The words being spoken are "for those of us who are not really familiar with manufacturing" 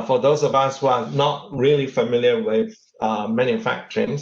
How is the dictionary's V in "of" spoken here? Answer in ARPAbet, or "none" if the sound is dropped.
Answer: V